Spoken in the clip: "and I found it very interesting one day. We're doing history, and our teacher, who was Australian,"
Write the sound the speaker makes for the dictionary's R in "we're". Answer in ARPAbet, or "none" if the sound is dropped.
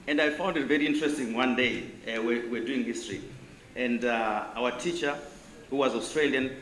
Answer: W